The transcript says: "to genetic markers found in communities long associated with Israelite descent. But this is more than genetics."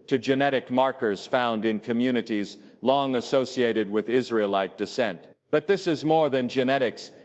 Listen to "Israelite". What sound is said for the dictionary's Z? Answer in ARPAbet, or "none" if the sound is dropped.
Z